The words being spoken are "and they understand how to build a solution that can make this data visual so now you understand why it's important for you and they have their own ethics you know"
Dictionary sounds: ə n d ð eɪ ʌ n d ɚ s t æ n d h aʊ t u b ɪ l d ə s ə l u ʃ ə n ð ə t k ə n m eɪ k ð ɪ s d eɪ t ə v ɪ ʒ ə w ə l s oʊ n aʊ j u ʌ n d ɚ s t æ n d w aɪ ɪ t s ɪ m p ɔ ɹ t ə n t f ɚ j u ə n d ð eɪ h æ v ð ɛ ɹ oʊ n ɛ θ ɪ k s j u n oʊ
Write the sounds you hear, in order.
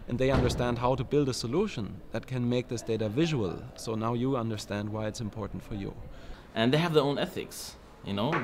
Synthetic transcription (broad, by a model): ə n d ð eɪ ʌ n d ɚ s t æ n d h aʊ t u b ɪ l d ə s ə l u ʃ ə n ð ə t k ə n m eɪ k ð ɪ s d eɪ t ə v ɪ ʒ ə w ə l s oʊ n aʊ j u ʌ n d ɚ s t æ n d w aɪ ɪ t s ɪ m p ɔ ɹ t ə n t f ɚ j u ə n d ð eɪ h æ v ð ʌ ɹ oʊ n ɛ θ ɪ k s j u n oʊ